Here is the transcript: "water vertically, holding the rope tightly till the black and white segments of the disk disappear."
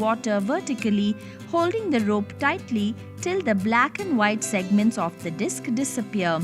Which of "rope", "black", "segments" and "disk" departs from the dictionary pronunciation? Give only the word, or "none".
none